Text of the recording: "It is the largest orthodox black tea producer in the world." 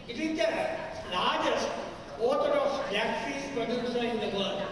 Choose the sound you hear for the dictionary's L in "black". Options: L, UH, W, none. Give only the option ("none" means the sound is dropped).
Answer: none